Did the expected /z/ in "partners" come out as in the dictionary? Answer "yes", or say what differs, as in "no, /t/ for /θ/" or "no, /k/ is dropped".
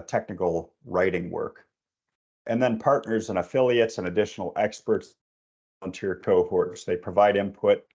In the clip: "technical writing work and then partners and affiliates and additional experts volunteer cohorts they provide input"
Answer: yes